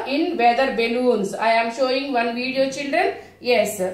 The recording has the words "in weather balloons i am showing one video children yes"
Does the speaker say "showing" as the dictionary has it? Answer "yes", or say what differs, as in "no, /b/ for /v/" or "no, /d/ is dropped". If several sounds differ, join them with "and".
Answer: yes